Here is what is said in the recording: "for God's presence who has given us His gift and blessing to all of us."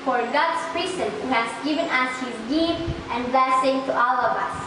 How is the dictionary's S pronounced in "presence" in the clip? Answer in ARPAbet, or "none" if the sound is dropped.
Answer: none